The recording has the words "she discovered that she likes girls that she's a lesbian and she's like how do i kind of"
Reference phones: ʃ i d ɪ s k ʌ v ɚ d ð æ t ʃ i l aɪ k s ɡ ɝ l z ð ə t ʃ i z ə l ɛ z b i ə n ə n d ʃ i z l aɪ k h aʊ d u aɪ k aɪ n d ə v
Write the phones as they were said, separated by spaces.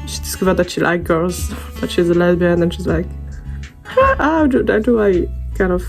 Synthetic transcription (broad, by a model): ʃ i d ɪ s k ʌ v ɚ d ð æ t ʃ i l aɪ k ɡ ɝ z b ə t ʃ i z ə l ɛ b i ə n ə n ʃ i z l aɪ k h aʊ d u aɪ k aɪ n d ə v